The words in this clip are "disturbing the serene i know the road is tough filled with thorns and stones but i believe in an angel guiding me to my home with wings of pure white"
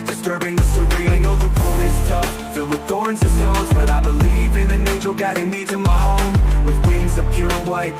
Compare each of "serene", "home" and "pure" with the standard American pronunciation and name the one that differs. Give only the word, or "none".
serene